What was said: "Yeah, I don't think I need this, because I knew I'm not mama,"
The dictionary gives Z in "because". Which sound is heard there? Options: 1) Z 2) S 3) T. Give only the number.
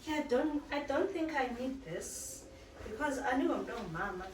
1